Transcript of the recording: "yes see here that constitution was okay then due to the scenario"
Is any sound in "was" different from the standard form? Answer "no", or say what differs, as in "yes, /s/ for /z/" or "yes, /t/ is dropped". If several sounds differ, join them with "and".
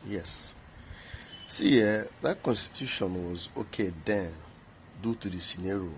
no